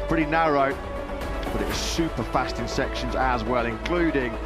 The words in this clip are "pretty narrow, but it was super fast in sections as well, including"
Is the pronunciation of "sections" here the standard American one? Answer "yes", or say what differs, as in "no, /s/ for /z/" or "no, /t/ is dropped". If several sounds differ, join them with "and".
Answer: yes